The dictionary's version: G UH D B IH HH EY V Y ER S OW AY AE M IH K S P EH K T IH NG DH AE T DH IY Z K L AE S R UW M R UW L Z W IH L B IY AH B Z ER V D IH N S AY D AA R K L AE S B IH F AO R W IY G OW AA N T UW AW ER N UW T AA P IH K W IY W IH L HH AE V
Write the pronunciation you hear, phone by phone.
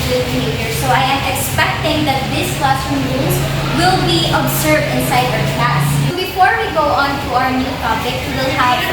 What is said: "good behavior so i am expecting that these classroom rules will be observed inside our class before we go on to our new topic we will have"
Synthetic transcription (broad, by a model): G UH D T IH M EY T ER S OW AY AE M IH K S P EH K T IH NG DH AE T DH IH S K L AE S UW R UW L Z W IH L B IY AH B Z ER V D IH N S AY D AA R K AE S B IH F AO R W IY G OW AA N T UW AW ER N UW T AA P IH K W W IH L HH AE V